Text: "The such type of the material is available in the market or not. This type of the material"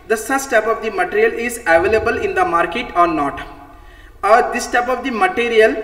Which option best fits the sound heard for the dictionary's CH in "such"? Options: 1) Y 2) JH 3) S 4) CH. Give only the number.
3